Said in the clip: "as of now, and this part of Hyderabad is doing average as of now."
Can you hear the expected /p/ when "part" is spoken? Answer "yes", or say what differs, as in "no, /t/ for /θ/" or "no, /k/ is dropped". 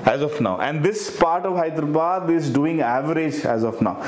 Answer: yes